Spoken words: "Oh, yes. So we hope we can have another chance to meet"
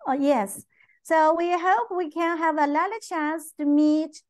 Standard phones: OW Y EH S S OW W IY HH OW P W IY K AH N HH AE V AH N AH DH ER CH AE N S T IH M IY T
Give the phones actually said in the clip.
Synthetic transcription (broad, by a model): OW Y EH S S OW W IY HH OW P W IY K AH N HH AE V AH L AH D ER CH AE N S T IH M IY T